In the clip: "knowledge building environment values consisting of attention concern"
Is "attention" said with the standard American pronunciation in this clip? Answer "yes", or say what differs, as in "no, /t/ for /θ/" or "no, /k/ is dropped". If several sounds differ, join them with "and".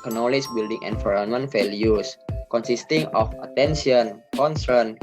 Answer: no, /s/ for /ʃ/